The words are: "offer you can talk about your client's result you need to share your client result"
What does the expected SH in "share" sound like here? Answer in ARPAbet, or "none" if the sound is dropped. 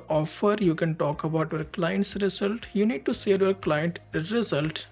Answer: S